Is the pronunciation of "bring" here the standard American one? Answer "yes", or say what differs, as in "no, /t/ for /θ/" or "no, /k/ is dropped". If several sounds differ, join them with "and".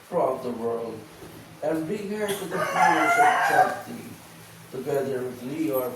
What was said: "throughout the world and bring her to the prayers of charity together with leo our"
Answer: no, /ɹ/ is dropped